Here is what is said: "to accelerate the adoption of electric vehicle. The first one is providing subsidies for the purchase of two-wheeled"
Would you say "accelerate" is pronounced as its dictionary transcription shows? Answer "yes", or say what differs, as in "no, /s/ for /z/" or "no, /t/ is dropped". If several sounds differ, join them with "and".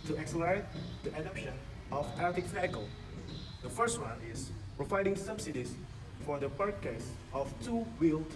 yes